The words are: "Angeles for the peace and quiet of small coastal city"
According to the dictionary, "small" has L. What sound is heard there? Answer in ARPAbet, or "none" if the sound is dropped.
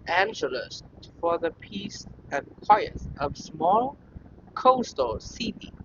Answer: L